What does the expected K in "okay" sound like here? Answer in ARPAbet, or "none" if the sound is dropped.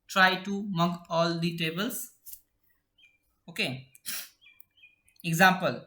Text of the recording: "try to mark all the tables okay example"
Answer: K